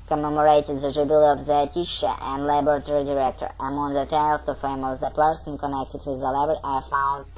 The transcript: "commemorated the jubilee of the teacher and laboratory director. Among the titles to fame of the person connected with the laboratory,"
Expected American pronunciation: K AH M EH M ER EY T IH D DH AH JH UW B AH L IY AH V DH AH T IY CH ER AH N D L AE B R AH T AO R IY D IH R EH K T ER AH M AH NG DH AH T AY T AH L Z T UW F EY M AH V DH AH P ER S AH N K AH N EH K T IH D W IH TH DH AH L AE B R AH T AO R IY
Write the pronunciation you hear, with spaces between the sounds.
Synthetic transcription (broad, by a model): K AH M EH M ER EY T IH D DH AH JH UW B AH L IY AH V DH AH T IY SH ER AH N D L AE B AH T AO R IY D IH R EH K T ER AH M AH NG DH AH T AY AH L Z T UW F EY M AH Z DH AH P ER S AH N K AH N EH K T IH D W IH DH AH L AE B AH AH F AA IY